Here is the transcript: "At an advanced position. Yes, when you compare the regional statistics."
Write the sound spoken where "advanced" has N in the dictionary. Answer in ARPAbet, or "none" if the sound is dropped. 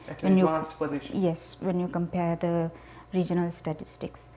none